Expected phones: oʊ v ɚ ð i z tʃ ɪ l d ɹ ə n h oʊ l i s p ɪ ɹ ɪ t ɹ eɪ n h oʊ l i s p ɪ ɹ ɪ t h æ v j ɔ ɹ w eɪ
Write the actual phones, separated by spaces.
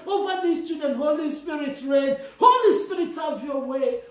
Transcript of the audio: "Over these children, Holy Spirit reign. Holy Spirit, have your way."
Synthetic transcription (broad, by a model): oʊ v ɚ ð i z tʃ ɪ d ə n h oʊ l i s p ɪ ɹ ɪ t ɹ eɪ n h oʊ l i s p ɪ ɹ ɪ t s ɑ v j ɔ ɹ w eɪ